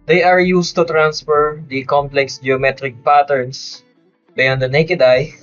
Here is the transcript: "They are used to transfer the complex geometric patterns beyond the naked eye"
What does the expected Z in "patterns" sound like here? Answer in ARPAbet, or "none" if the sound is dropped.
S